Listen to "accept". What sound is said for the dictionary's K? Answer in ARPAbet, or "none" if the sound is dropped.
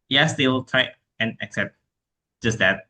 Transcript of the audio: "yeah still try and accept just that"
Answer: K